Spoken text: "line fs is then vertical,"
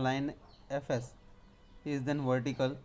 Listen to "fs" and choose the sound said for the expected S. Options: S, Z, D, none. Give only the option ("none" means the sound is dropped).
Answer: S